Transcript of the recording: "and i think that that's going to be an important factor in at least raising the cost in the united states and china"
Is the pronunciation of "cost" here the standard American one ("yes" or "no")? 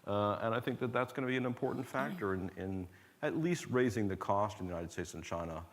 yes